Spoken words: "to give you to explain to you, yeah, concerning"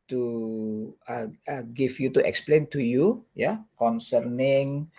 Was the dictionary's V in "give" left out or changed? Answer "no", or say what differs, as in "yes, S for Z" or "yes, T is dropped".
yes, F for V